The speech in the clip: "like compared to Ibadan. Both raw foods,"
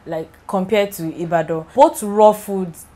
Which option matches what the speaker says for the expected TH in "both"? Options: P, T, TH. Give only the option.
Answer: T